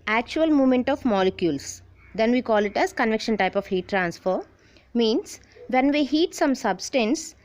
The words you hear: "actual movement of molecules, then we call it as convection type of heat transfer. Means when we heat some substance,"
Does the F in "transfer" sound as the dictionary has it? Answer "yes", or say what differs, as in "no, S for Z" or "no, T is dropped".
yes